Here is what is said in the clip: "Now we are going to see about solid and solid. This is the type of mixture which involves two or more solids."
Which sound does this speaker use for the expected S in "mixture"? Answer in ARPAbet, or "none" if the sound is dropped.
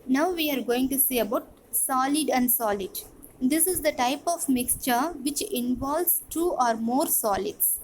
S